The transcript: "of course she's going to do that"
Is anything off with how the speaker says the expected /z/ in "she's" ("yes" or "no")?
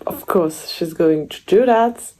no